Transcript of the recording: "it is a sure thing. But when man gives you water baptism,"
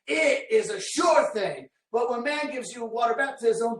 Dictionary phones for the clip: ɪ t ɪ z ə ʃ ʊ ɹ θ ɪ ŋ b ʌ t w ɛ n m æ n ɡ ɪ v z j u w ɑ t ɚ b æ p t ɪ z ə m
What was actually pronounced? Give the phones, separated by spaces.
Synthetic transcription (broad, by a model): ɪ t ɪ z ə ʃ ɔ ɹ θ ɪ ŋ b ʌ t w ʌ n m æ n ɡ ɪ v z j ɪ w ɑ t ɚ b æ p t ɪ z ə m